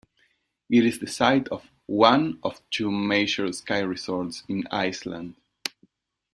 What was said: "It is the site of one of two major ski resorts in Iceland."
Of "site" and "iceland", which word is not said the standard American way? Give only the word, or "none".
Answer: none